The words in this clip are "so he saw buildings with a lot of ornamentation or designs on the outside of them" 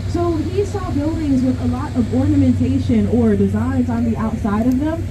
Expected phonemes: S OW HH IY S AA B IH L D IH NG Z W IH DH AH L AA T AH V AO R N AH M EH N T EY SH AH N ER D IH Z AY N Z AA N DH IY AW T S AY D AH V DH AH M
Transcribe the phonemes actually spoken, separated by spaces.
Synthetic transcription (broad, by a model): S OW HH IY S AA B IH L D IH NG Z W IH DH AH L AA T AH V AO R N AH M EH N T EY SH AH N ER D IH Z AY N Z N DH IY AW T S AY D AH V DH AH M